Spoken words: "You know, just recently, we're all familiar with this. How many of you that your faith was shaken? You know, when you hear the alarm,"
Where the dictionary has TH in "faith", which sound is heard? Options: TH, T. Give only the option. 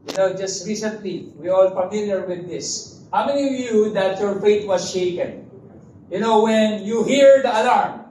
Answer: T